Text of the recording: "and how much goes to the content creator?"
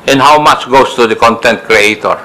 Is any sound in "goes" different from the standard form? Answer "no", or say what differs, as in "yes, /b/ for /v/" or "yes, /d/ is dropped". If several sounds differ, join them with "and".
yes, /s/ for /z/